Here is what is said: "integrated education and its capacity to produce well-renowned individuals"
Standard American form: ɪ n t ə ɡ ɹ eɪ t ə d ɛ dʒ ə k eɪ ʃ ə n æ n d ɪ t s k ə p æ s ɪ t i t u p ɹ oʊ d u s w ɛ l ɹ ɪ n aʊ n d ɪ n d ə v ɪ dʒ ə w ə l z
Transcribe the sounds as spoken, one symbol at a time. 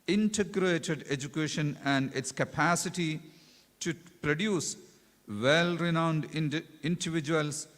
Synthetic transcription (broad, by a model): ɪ n t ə ɡ ɹ eɪ t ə d ɛ dʒ ə k eɪ ʃ ə n æ n d ɪ t s k ə p æ s ɪ t i t u p ɹ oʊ d u s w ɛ l ɹ ɪ n aʊ n d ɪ n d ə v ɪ dʒ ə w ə l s